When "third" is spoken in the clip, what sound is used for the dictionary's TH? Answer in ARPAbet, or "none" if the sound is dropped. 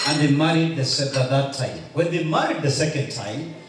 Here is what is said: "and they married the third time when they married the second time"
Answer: S